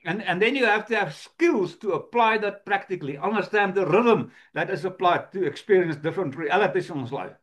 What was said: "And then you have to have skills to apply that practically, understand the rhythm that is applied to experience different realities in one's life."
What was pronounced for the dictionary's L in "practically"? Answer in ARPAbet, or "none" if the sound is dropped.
L